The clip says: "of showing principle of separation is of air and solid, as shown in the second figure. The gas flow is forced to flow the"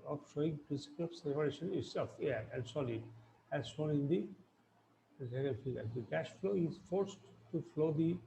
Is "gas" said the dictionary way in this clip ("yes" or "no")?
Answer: no